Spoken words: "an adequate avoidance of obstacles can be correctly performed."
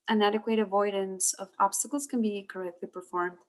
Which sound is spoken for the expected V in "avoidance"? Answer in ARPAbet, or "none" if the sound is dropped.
V